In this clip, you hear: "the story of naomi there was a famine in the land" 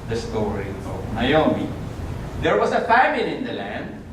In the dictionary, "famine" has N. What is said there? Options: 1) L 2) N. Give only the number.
1